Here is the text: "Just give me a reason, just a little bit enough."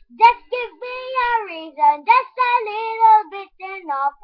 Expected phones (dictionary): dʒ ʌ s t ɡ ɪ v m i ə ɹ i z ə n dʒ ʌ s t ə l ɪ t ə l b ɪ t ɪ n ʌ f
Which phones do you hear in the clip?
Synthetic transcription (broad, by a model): dʒ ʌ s ɡ ɪ v m i ə ɹ i z ə n dʒ ʌ s t ə l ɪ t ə l b ɪ t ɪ n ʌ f